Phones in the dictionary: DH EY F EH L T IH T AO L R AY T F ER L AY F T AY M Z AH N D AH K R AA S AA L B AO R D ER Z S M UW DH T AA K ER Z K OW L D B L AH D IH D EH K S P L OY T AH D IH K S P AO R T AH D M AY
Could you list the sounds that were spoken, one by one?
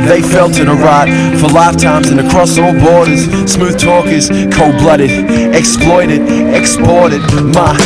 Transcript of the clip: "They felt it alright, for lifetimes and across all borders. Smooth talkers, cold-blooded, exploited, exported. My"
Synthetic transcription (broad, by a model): DH EY F EH L T IH T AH R AY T F ER L AY F T AY M Z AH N AH K R AA S AA L B AO R D ER Z S M UW DH T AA K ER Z K OW B L AH D IH D EH K S P L OY T AH D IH K S P AO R T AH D M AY